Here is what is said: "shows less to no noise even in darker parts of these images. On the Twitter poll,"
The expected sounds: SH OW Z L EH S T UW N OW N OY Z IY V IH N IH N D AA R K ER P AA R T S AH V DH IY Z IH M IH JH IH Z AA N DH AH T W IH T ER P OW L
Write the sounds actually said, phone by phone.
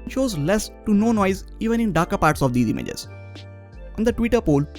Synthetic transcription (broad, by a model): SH OW Z L EH S T UW N OW N OY Z IY V IH N IH N D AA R K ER P AA R T S AH V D IY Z IH M IH JH IH Z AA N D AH T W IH T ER P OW L